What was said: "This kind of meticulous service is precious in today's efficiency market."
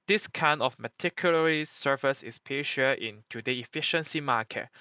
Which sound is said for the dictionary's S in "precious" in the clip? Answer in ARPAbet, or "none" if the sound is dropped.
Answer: none